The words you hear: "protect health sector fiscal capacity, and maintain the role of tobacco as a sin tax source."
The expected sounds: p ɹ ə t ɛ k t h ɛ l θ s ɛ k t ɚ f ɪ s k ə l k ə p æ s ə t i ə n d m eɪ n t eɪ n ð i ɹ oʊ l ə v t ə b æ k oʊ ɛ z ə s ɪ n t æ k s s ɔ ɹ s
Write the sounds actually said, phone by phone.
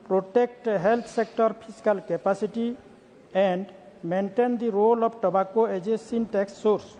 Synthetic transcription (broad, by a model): p ɹ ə t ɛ k t h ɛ l t s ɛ k t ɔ p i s k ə l k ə p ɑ s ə t i ə n d m eɪ n t eɪ n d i ɹ oʊ l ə b t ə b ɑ k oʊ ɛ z ə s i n t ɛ k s s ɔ ɹ s